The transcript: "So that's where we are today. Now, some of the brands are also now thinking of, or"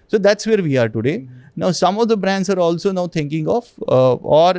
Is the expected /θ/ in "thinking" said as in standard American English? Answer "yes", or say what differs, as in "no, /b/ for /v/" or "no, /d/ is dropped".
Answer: no, /t/ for /θ/